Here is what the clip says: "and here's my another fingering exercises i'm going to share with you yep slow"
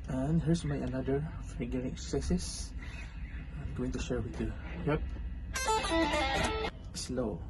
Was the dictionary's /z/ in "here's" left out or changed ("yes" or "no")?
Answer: yes